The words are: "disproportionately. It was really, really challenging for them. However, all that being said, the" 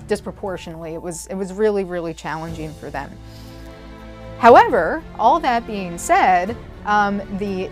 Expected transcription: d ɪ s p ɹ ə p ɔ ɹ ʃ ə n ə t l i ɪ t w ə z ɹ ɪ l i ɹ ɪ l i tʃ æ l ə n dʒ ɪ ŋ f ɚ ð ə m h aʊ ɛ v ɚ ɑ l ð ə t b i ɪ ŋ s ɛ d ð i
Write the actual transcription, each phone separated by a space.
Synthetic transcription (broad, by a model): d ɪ s p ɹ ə p ɔ ɹ ʃ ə n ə t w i ɪ t w ə z ɹ ɪ l i ɹ ɪ l i tʃ æ l ə n dʒ ɪ ŋ f ɚ ð ə m h aʊ ɛ v ɚ ɑ l ð ə t b i ɪ ŋ s ɛ d ð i